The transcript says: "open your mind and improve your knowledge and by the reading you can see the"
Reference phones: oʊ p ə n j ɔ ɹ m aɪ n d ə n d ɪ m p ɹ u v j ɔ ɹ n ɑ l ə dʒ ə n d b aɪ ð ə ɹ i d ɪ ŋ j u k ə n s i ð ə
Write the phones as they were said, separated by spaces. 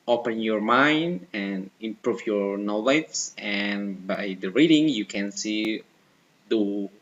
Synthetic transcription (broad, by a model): oʊ p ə n j ɔ ɹ m aɪ n d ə n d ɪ m p ɹ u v j ɔ ɹ n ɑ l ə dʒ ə n b aɪ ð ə ɹ i d ɪ ŋ j u k ə n s i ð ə